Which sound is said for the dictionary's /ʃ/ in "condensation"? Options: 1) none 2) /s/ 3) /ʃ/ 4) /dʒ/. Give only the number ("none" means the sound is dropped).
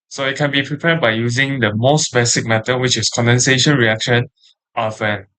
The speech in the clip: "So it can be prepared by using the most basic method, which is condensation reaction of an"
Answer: 3